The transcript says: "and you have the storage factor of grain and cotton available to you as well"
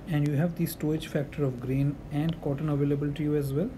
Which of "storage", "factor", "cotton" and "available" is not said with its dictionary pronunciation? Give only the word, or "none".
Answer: storage